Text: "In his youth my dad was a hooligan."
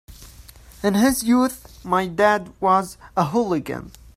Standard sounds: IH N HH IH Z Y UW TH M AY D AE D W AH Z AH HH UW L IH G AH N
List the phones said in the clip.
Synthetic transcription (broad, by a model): IH N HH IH Z Y UW TH M AY D AE D W AH Z AH HH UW L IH G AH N